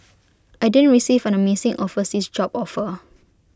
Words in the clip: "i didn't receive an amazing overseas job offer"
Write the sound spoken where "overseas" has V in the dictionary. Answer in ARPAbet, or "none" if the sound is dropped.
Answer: F